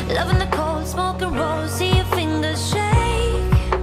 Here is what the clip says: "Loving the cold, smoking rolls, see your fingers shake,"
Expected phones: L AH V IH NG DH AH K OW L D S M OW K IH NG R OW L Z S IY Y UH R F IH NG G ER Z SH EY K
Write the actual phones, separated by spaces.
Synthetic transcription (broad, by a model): L AH V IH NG DH AH K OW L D S M OW K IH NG R OW Z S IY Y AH F IH NG G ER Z SH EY